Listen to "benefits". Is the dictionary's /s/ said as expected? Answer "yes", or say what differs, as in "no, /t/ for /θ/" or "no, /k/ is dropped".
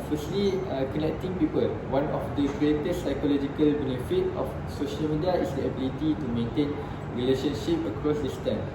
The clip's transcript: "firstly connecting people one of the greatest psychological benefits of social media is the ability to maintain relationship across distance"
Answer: no, /s/ is dropped